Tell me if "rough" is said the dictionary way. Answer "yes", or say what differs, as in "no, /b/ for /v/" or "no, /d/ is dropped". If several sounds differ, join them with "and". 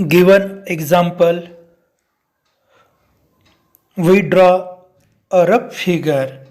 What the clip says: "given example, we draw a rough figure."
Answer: no, /p/ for /f/